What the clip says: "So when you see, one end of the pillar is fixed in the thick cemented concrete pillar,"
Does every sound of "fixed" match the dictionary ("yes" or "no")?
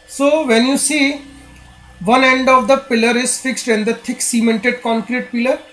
yes